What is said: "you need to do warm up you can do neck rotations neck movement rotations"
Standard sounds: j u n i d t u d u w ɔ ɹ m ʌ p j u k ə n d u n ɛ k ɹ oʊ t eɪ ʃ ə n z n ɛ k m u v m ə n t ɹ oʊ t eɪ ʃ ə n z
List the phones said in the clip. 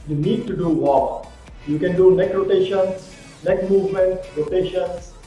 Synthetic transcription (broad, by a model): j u n i d t u d u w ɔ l j u k ə n d u n ɛ k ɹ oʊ t eɪ ʃ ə n s n ɛ k m u v m ə n t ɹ oʊ t eɪ ʃ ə n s